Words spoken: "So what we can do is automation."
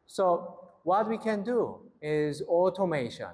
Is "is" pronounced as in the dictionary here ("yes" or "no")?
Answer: yes